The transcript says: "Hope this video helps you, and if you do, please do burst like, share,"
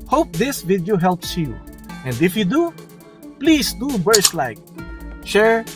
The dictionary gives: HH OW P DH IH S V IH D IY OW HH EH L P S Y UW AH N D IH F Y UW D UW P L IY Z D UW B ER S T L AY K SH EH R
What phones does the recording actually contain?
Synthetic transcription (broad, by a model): HH OW P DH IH S V IH D IY OW HH EH L P S Y UW AH N D IH F Y UW D UW P L IY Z D UW B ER S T L AY K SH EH R